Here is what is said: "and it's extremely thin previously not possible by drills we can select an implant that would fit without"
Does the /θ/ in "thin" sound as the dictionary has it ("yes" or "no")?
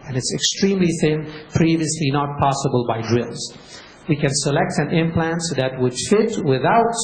yes